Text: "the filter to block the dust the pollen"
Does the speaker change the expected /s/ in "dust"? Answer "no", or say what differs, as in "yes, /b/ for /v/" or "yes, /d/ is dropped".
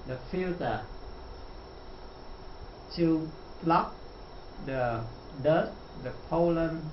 yes, /s/ is dropped